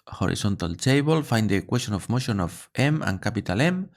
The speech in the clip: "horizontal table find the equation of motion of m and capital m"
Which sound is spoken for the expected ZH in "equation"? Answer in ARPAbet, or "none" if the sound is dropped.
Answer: S